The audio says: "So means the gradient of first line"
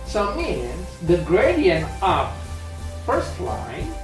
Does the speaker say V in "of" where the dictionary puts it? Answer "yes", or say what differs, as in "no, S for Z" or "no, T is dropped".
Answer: no, P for V